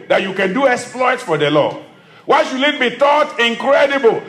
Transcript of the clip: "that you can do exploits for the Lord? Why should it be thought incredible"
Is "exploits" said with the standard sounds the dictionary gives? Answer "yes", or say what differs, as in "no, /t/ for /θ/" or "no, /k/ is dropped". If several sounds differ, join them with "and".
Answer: yes